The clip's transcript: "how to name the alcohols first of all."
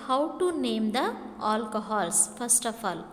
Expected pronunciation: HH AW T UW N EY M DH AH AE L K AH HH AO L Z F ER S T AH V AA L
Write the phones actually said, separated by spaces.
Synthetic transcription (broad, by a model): HH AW T UW N EY M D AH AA L K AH HH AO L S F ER S T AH P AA L